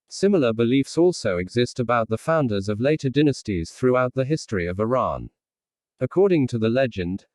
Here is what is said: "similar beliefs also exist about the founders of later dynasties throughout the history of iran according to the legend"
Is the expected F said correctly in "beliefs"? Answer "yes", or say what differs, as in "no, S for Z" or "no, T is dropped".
yes